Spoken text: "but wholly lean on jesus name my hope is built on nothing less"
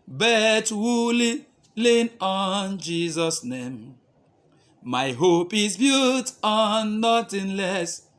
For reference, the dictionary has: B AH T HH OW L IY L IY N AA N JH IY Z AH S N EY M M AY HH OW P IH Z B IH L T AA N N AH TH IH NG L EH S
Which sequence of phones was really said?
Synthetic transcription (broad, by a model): B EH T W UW L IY L IY N AA N JH IY Z AH S N EY M M AY HH OW P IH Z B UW T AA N N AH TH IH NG L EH S